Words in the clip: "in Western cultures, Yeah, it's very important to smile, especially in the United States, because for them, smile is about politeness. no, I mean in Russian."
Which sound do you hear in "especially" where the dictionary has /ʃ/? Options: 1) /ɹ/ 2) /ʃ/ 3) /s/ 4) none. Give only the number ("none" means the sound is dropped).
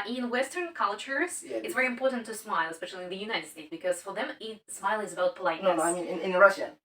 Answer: 2